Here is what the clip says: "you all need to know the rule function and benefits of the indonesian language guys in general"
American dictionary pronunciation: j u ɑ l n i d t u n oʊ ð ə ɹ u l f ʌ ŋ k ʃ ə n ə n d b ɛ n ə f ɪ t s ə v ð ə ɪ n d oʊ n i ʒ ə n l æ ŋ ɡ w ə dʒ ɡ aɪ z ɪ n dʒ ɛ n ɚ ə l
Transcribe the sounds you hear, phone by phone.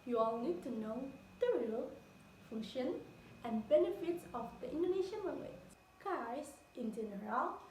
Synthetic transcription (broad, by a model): j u ɑ l n i d t u n oʊ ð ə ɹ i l f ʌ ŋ ʃ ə n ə n b ɛ n ə f ɪ t s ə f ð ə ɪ n d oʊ n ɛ ʃ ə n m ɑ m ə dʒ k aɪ s ɪ n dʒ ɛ n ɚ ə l